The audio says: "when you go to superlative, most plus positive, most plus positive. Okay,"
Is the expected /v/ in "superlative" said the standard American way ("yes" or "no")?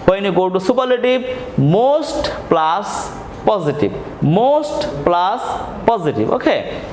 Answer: no